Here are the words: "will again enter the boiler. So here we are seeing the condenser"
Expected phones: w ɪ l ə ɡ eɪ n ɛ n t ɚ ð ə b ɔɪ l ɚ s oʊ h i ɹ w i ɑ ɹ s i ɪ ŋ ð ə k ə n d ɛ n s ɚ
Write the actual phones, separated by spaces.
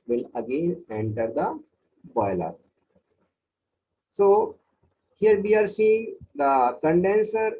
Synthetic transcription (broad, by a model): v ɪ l ə ɡ eɪ n ɛ n t ɚ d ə b ɔɪ l ɚ s oʊ h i ɹ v i ɑ ɹ s i ɪ ŋ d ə k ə n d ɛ n s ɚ